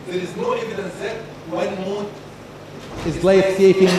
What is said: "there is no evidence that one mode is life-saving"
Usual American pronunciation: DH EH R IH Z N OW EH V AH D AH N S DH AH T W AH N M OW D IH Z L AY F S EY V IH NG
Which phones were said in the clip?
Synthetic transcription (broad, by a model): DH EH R IH Z N OW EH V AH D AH N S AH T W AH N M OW IH Z L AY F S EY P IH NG